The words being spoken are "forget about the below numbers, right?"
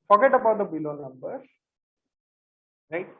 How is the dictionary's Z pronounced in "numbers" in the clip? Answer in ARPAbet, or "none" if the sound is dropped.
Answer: none